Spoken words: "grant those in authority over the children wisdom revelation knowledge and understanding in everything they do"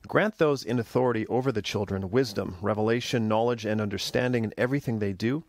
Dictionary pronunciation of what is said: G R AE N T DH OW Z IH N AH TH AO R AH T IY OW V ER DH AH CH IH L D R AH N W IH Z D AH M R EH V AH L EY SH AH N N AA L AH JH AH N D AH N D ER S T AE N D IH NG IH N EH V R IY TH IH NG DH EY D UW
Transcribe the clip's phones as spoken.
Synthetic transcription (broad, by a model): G R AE N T DH OW Z IH N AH TH AO R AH T IY OW V ER DH AH CH IH L D R AH N W IH Z D AH M R EH V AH L EY SH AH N N AA L AH JH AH N AH N D ER S T AE N D IH NG IH N EH V R IY TH IH NG DH EY D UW